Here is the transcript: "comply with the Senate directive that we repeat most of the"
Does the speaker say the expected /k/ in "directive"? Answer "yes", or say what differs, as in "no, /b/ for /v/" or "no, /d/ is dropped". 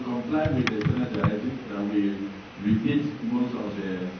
no, /k/ is dropped